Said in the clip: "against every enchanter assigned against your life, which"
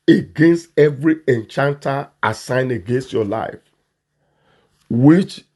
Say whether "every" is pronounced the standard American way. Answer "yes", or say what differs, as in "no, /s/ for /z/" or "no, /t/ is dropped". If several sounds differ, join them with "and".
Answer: yes